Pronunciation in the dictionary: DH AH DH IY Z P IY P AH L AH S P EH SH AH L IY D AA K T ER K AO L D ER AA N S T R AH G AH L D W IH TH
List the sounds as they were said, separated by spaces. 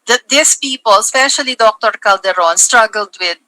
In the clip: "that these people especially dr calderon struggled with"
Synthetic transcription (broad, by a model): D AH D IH S P IY P AH L S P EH SH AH L IY D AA K T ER K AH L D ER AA N S T R AH G AH L D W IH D